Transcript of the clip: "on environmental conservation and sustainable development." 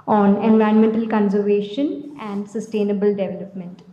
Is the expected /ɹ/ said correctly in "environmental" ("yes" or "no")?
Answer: no